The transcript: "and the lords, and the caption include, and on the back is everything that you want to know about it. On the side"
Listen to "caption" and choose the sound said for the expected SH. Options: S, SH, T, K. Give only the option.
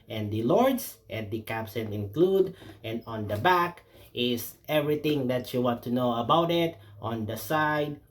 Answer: S